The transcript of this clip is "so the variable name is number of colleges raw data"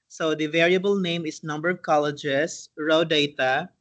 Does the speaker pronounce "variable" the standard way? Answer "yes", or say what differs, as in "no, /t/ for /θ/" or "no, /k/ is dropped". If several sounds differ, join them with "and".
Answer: yes